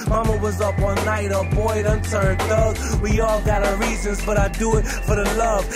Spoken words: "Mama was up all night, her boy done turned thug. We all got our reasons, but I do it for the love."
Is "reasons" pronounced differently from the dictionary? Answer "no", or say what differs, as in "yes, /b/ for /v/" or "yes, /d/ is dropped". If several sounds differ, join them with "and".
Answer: no